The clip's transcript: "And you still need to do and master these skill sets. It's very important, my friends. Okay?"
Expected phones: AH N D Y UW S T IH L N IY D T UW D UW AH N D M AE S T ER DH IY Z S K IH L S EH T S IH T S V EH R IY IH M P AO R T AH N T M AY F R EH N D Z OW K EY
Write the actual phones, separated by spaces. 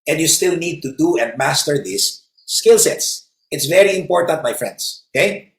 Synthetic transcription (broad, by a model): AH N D Y UW S T IH L N IY D T UW D UW AH N D M AE S T ER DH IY S K IH L S EH T S IH T S V EH R IY IH M P AO R T AH N T M AY F R EH N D S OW K EY